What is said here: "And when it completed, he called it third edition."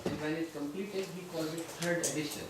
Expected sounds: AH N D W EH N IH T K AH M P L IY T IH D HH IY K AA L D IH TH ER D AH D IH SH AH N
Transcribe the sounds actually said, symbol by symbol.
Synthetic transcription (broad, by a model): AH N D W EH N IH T K AH M P L IY T IH D HH IY K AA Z IH T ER D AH D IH SH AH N